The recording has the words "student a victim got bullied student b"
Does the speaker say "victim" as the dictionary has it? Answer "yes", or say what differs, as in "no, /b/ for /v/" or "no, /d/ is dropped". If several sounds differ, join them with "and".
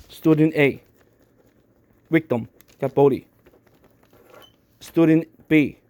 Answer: no, /w/ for /v/